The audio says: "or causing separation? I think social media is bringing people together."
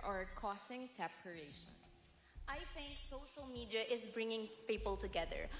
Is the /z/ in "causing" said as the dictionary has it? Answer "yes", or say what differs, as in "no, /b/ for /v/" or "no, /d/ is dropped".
no, /s/ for /z/